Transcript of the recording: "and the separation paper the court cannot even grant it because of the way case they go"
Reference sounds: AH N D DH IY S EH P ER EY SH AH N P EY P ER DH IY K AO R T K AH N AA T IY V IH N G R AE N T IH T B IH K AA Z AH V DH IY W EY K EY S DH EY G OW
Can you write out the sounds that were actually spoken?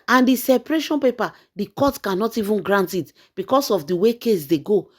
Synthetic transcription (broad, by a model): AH N D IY S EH P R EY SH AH N P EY P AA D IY K AO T K AH N AA T IY V IH N G R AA N T IH T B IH K AA S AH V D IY W EY K EY S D EY G OW